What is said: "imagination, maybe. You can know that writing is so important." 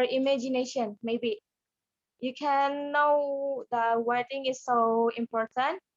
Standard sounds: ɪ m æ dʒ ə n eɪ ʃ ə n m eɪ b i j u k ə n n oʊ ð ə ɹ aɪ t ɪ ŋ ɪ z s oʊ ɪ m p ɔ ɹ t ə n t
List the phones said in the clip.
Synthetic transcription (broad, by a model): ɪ m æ dʒ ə n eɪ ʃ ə n m eɪ b i j u k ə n n oʊ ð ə w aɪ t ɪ ŋ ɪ s oʊ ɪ m p ɔ ɹ t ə n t